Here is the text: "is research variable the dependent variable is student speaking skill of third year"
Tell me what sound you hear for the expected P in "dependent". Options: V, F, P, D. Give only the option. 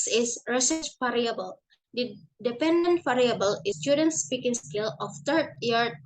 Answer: P